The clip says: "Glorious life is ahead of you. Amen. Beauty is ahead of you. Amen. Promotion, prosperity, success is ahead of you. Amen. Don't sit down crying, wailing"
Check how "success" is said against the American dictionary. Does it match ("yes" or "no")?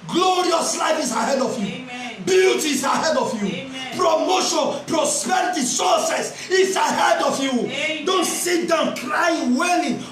no